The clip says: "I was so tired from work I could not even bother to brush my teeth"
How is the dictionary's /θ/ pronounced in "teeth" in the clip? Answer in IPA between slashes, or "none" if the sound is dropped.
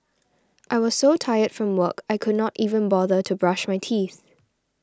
/θ/